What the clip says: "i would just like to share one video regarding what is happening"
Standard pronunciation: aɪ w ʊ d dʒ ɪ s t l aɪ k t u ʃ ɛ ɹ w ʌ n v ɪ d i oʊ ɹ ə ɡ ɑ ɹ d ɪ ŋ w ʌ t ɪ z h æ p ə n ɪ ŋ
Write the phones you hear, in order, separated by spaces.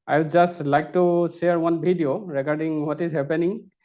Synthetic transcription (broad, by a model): aɪ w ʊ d dʒ ɪ s t l aɪ k t u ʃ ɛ ɹ w ʌ n b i d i oʊ ɹ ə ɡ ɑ ɹ d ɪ ŋ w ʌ t ɪ z h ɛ p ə n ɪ ŋ